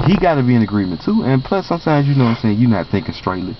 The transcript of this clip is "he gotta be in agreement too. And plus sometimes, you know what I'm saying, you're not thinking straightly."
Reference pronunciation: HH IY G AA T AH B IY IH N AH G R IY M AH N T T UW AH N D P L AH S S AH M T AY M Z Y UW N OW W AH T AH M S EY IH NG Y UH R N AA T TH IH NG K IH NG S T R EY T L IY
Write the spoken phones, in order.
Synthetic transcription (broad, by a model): HH IY G AA T AH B IY IH N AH G R IY M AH N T T UW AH N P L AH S S AH M T AY M Z Y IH N OW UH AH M S EY IH NG Y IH N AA T TH IH NG K IH NG S T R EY T L IY